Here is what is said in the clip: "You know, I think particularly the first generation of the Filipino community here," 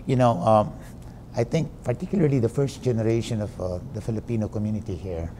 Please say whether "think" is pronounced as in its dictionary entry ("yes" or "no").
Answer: no